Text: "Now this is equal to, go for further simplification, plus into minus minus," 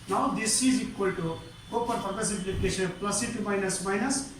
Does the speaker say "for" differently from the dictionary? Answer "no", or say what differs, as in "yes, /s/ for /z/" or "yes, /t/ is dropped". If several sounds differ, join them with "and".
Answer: yes, /p/ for /f/